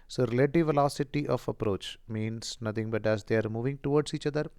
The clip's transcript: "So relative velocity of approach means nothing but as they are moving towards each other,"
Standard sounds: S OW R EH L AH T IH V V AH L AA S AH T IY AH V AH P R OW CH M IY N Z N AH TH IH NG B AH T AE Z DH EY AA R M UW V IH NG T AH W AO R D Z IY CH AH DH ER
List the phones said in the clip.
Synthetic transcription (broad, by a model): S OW R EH L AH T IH V V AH L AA S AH T IY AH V AH P R OW CH M IY N S N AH T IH NG B AH T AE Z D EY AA R M UW V IH NG T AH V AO R D S IY CH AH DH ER